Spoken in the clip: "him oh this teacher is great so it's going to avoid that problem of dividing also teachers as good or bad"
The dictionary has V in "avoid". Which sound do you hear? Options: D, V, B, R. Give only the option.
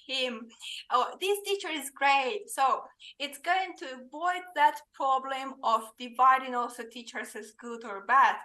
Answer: V